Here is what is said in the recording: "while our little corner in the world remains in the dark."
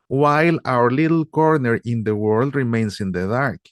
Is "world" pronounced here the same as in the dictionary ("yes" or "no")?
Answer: yes